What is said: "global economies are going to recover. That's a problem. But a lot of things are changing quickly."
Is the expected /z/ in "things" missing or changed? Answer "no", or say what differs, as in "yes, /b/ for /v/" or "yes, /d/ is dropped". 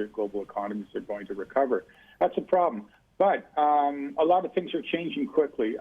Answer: no